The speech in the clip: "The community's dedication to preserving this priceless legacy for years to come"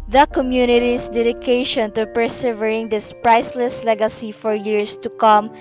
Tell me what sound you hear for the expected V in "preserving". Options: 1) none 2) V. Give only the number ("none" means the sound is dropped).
1